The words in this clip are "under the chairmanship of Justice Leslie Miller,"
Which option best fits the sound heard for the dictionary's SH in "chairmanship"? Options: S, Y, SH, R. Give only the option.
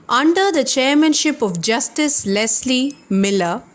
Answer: SH